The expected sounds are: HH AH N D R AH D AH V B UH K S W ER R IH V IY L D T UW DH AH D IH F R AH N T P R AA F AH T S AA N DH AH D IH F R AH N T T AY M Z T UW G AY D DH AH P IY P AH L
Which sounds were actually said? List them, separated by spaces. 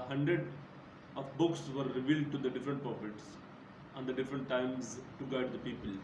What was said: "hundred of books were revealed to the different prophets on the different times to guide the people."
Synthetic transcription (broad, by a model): HH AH N D R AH D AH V B UH K S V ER R IH V IY L D T UW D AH D IH F R AH N T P AA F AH T S AA N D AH D IH F R AH N T T AY M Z T UW G AY D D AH P IY P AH L